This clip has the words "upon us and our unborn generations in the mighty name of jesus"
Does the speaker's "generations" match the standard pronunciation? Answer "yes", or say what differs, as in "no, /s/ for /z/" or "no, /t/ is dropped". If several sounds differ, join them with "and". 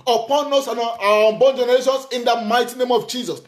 no, /s/ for /z/